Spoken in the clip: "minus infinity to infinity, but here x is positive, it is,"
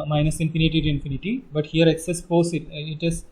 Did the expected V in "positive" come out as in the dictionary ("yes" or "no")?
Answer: no